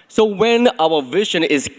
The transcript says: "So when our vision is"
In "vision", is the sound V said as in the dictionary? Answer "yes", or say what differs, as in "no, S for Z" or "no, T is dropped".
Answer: yes